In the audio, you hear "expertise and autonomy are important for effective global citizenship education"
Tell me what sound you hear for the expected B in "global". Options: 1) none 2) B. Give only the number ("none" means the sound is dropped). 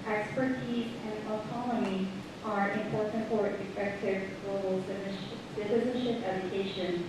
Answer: 1